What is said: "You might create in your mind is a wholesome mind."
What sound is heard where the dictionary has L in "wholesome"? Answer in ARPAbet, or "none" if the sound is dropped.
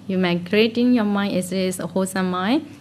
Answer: none